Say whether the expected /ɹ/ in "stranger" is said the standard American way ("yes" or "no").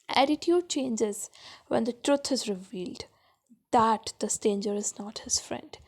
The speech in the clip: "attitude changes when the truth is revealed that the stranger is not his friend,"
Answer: no